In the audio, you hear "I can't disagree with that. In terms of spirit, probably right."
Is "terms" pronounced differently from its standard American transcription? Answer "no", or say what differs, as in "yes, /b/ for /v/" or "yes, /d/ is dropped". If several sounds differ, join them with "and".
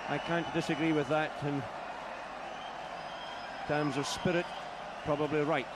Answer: no